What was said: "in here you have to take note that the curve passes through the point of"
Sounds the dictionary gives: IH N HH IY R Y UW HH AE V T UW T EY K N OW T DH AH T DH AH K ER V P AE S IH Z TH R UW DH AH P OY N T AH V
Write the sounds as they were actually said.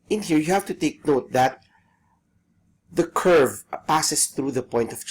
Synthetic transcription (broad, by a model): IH N HH IY R Y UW HH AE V T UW T EY K N OW T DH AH T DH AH K ER V P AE S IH S TH R UW DH AH P OY N T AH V